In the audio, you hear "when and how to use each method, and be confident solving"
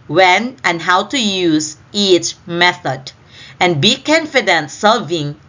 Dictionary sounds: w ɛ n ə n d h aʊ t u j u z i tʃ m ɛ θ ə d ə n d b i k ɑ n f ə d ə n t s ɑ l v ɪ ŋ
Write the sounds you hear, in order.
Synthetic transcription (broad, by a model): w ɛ n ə n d h aʊ t u j u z i tʃ m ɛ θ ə d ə n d b i k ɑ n f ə d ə n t s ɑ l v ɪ ŋ